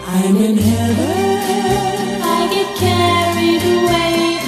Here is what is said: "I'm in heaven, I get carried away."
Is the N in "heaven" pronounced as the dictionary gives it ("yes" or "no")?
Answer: no